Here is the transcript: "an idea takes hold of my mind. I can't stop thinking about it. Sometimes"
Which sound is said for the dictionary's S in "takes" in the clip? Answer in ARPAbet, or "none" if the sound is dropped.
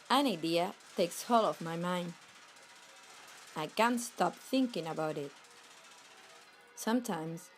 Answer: S